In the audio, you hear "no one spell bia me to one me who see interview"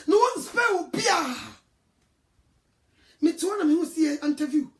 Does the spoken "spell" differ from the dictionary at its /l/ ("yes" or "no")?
yes